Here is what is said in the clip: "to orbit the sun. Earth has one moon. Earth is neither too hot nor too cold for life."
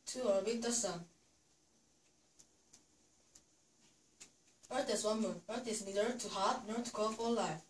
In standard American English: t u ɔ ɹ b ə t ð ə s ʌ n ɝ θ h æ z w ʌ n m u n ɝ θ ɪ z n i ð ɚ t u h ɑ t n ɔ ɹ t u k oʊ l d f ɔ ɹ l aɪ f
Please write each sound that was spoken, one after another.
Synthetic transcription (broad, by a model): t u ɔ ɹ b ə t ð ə s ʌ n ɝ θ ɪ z w ʌ n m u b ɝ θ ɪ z n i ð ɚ t u h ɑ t n ɔ ɹ t u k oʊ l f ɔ l l aɪ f